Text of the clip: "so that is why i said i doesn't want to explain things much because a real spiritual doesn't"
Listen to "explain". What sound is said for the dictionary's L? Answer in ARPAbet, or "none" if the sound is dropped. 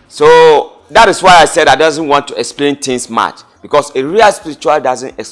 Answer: L